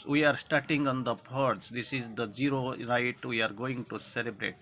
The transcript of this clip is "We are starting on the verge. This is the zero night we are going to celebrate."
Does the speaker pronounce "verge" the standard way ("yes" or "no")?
no